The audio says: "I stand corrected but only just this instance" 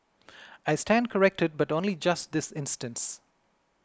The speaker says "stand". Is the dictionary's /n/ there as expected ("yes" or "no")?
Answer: yes